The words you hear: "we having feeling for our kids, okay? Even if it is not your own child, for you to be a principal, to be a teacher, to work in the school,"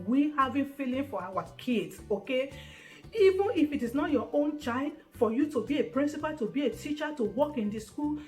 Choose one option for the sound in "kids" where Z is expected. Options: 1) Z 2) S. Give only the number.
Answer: 2